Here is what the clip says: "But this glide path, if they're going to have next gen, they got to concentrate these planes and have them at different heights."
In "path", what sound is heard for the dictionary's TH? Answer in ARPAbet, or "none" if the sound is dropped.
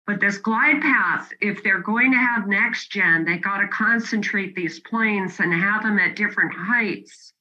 TH